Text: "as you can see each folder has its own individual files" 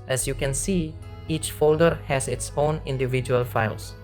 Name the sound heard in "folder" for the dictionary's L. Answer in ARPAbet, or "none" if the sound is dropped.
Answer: L